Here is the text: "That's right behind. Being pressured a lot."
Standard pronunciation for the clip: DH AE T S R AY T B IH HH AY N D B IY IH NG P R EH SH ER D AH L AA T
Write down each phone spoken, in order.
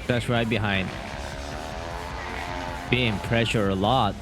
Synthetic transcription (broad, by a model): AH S R AY T B IH HH AY N D B IY IH NG P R EH SH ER AH L AA T